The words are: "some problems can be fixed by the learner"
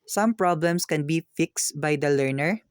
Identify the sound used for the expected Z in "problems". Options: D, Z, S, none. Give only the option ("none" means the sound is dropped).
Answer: S